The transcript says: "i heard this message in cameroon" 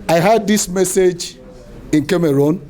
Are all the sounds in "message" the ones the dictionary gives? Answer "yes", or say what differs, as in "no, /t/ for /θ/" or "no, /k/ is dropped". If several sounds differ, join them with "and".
yes